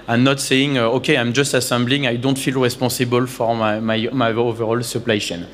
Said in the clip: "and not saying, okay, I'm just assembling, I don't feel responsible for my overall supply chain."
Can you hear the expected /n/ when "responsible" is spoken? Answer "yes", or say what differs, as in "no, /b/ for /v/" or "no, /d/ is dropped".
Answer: no, /n/ is dropped